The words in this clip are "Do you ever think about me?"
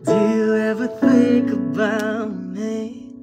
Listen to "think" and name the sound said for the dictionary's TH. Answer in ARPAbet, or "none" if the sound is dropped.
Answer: TH